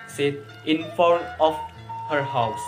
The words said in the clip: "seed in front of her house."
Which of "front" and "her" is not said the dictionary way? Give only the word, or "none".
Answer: front